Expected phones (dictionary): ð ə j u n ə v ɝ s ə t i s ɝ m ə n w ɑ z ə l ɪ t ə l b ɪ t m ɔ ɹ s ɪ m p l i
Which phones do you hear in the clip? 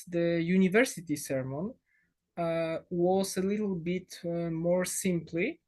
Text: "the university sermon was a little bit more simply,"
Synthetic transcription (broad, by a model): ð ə j u n ə v ɝ s ə t i s ɝ m ə n w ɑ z ə l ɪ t l b ɪ t m ɔ ɹ s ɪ m p l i